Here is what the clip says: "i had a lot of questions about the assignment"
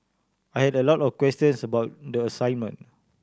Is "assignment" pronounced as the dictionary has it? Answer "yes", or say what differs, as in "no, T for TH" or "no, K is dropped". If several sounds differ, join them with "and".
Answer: no, T is dropped